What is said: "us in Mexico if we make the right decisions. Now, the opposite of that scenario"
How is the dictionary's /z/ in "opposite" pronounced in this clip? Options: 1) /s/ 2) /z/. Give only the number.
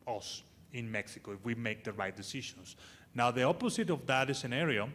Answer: 1